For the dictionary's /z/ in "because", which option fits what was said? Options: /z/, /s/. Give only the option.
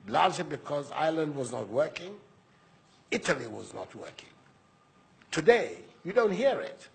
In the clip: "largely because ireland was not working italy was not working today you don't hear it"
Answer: /z/